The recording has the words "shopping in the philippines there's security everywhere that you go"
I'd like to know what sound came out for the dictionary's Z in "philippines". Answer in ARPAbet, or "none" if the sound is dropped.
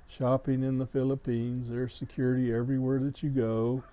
Z